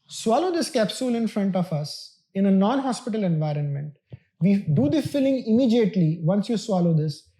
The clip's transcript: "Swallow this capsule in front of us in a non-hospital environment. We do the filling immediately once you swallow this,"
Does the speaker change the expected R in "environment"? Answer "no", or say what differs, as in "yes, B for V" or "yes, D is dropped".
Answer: no